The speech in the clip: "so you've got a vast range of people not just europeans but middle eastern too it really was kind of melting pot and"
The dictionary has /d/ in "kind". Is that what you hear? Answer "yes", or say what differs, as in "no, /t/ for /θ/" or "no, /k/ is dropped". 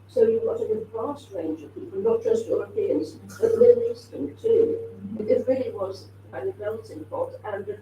no, /d/ is dropped